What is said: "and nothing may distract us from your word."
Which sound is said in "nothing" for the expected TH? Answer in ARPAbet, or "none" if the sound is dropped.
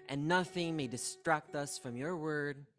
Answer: TH